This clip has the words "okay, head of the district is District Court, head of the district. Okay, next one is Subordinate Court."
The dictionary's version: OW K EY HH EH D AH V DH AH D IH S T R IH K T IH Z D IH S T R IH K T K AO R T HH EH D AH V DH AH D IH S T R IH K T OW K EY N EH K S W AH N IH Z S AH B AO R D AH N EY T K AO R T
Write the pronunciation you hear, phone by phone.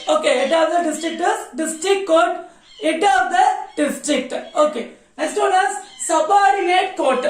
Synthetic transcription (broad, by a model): OW K EY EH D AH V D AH D IH S T R IH K T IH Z D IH S T R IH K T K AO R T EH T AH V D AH D IH S T R IH K T OW K EY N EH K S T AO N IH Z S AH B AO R D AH EY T K AO R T